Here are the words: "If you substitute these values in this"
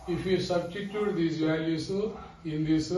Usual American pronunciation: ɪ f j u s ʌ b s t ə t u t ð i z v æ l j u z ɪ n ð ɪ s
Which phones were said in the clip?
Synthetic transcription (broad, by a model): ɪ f j u s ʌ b s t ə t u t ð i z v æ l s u ɪ n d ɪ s